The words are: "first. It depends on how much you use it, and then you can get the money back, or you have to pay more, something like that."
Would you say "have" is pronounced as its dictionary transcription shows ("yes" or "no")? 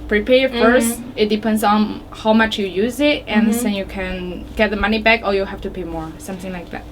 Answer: no